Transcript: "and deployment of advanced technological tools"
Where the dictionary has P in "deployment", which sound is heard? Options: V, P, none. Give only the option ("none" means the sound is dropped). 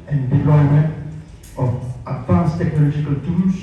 none